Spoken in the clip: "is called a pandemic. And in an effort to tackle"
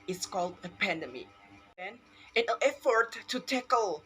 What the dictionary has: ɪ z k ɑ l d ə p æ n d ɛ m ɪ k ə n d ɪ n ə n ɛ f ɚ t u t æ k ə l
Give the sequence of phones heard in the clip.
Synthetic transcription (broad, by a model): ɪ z k ɑ l d ə p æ n d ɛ m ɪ ə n ɪ n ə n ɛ f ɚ t u t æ k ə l